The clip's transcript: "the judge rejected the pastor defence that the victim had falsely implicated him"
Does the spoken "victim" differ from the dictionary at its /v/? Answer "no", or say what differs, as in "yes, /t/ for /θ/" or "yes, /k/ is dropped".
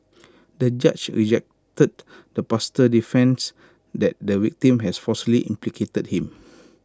yes, /w/ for /v/